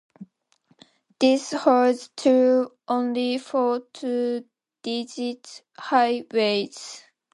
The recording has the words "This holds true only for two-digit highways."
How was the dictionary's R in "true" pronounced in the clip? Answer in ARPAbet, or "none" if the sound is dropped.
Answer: none